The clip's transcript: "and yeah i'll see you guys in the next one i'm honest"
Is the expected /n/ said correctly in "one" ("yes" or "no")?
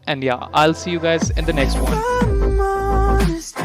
no